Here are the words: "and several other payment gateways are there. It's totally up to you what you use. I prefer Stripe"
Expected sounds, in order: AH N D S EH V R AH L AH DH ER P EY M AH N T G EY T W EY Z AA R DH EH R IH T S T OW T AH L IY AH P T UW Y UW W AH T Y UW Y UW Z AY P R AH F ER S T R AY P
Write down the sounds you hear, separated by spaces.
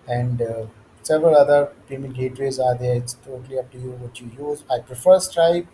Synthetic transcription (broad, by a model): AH N D S EH V R AH L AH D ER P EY M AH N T G EY T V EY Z AA R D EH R IH T S T OW T AH L IY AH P T UW Y UW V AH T Y UW Y UW Z AY P R AH F ER S T R AY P